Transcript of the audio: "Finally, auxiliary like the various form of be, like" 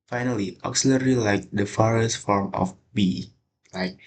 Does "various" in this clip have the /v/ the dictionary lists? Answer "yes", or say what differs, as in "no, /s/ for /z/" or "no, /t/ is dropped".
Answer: no, /f/ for /v/